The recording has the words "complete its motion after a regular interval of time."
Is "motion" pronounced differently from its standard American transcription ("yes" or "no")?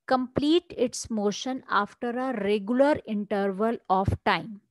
no